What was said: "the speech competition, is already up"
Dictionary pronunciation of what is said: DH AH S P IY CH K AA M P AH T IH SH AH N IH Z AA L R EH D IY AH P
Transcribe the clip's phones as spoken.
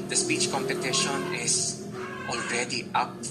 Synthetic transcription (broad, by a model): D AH S P IY CH K AA M P AH T IH SH AH N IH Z AA L R EH D IY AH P